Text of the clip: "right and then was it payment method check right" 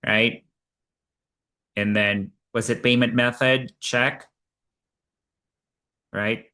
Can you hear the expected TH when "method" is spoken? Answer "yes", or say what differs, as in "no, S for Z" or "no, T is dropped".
yes